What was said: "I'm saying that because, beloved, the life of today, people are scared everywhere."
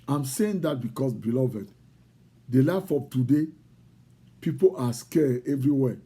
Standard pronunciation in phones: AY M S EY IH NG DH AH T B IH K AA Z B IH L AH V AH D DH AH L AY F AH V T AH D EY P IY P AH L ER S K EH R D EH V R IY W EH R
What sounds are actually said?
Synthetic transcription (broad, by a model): AY M S EY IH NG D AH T B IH K AA S B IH L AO V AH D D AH L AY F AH P T AH D EY P IY P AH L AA S K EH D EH V R IY W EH